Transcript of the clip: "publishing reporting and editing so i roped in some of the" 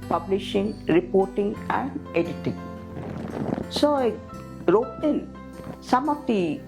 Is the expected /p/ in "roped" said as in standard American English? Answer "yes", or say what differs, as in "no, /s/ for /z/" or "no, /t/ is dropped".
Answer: no, /p/ is dropped